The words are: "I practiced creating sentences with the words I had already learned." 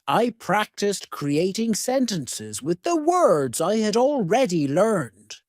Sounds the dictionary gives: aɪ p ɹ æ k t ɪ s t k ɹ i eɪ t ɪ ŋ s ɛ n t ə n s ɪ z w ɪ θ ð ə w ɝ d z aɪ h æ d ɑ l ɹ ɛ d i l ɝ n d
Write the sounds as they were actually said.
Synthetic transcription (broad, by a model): aɪ p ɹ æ k t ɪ s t k ɹ i eɪ t ɪ ŋ s ɛ n t ə n s ɪ z w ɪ ð ə w ɝ d z aɪ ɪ d ɑ l ɹ ɛ d i l ɝ n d